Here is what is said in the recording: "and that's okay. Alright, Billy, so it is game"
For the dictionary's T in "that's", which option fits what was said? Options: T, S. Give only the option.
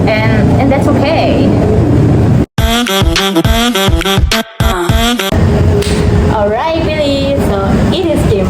T